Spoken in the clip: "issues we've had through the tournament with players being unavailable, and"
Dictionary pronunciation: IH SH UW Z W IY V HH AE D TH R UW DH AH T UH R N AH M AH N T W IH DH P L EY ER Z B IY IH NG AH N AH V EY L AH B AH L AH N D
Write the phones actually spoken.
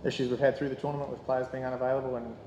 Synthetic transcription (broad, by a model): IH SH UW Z W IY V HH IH D TH R UW DH AH T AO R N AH M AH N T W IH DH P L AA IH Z B IY IH NG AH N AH V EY L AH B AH L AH N